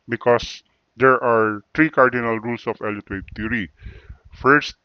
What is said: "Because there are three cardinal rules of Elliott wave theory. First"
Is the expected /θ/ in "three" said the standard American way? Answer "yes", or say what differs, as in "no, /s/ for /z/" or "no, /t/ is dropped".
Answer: no, /t/ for /θ/